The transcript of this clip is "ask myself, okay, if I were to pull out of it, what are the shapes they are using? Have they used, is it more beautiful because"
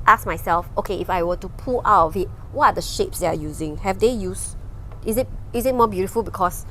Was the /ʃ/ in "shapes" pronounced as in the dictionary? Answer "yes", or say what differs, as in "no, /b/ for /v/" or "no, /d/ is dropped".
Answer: yes